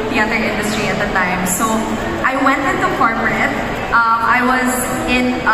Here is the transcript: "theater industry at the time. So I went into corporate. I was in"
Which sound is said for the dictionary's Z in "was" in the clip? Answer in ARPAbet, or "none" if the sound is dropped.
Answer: Z